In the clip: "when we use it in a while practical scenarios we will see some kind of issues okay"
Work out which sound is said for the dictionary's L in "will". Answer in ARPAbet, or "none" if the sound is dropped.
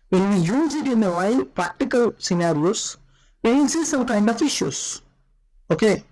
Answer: N